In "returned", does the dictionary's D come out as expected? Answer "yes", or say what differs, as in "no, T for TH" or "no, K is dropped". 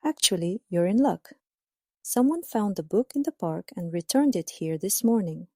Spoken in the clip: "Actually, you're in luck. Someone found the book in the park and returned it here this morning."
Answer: yes